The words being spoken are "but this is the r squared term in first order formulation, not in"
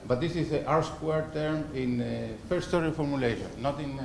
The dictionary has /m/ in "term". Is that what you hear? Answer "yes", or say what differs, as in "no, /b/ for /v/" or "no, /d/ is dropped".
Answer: yes